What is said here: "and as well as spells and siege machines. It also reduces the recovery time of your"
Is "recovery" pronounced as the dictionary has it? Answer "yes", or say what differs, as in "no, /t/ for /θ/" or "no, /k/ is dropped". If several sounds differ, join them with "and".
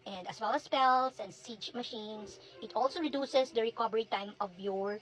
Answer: no, /b/ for /v/